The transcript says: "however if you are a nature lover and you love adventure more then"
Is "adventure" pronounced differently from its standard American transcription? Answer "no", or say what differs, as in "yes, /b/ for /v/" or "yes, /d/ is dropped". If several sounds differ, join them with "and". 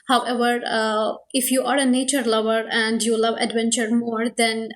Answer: no